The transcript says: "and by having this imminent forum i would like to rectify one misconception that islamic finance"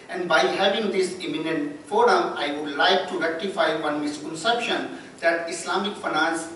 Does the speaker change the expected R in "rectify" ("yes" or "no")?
no